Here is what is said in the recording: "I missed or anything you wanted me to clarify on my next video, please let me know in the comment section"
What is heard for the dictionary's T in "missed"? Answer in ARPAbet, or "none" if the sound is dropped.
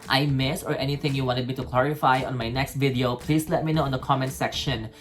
none